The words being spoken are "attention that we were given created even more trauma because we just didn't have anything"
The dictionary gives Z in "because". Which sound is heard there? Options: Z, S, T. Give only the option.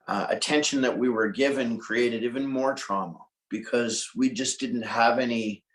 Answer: Z